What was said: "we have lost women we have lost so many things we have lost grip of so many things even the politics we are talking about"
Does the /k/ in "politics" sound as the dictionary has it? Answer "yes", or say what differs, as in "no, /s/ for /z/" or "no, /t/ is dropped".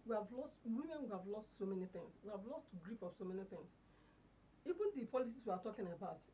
no, /k/ is dropped